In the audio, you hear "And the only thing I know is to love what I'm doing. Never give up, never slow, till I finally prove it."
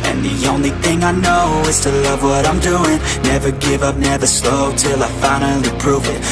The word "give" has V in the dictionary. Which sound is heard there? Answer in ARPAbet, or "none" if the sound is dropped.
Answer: V